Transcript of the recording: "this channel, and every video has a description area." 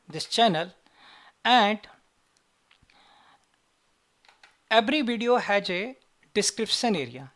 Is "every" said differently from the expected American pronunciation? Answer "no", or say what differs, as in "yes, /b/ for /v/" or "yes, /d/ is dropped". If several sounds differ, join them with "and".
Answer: yes, /b/ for /v/